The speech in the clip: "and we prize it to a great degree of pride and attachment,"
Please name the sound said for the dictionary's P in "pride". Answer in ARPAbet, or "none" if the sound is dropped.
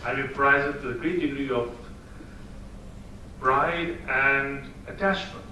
B